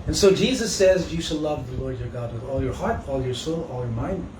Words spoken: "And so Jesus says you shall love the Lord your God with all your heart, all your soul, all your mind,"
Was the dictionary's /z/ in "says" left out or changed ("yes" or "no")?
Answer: no